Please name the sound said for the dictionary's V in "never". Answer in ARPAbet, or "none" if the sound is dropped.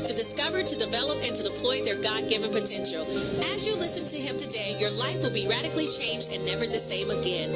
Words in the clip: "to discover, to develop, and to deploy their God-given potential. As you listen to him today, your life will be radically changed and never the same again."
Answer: V